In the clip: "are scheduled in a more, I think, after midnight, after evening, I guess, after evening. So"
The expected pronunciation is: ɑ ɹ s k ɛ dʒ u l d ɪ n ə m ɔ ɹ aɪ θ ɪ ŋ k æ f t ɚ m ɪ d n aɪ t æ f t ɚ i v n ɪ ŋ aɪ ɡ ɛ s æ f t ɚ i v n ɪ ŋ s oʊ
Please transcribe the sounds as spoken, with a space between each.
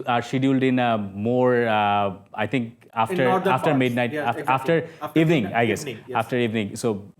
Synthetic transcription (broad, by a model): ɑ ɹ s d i u l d ɪ n ə m ɔ ɹ aɪ t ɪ ŋ k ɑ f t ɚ m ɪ d n aɪ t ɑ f t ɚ i v n ɪ ŋ aɪ ɡ ɛ s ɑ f t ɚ i v n ɪ ŋ s oʊ